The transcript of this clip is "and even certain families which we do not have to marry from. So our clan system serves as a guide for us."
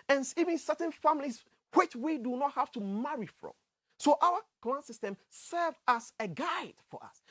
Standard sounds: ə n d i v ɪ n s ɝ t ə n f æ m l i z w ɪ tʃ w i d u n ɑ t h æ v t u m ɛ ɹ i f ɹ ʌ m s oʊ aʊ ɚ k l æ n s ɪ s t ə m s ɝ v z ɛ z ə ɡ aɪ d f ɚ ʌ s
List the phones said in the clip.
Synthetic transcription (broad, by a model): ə n i v ɪ n s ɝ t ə n f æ m l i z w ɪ tʃ w i d u n ɑ t h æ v t u m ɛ ɹ i f ɹ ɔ m s oʊ aʊ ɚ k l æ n s ɪ s t ə m s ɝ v ɑ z ə ɡ aɪ d f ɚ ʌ s